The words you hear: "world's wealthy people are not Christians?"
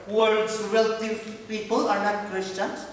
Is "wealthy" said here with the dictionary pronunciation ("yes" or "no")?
no